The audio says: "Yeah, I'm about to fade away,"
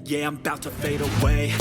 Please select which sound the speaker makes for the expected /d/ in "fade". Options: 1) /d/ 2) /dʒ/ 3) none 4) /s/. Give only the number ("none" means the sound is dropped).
1